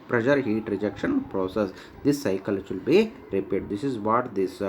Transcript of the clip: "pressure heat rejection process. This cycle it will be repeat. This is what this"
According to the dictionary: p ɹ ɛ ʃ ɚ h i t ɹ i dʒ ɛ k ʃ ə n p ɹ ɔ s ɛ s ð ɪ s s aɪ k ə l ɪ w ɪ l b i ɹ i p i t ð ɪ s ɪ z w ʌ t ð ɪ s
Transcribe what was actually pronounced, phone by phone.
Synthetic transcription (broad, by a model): p ɹ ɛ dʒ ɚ h i t ɹ i dʒ ɛ k ʃ ə n p ɹ ɔ s ɛ s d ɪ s s aɪ k ə l ɪ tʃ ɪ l b i ɹ i p i t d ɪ s ɪ z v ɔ t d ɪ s